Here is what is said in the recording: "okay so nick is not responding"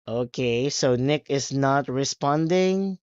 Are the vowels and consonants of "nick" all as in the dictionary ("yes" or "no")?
yes